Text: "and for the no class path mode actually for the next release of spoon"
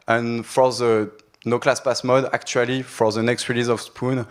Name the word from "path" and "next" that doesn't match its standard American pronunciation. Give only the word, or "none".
path